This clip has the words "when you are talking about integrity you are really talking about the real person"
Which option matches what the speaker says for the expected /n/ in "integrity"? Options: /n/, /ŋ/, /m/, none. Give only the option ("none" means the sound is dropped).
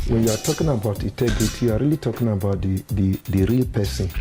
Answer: none